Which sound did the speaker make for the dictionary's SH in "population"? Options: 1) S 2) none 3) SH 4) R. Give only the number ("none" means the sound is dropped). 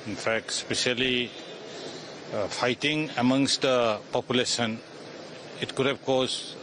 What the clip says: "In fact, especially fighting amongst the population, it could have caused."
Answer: 1